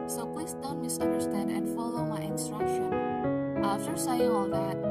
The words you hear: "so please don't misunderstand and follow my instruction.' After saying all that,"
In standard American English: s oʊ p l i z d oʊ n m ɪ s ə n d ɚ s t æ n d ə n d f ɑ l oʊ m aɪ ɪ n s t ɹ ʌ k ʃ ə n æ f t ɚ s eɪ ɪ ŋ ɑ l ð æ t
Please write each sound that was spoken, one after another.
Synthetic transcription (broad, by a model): s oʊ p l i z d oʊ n m ɪ s ə n d ɚ s t æ n d ə n d f ɑ l oʊ m aɪ ɪ n s t ɹ ʌ k ʃ ə n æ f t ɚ s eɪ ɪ ɑ l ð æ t